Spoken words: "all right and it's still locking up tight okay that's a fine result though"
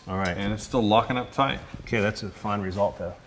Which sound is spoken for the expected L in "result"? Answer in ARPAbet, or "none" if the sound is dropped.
L